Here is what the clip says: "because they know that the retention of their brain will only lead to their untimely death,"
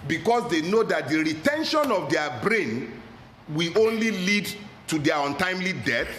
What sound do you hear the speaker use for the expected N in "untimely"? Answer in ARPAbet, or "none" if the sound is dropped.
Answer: N